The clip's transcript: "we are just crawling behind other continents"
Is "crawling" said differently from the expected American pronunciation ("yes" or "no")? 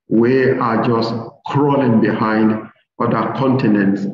no